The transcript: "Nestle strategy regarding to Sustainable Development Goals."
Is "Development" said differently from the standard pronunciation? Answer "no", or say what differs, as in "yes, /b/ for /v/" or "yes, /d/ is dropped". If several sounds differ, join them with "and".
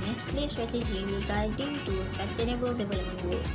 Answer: yes, /b/ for /v/